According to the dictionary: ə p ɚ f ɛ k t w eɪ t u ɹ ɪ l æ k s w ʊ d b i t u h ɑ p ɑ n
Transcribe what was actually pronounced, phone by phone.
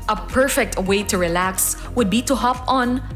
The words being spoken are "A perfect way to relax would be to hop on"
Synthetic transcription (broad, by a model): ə p ɚ f ɛ k t w eɪ t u ɹ ɪ l æ k s w ʊ d b i t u h ɑ p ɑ n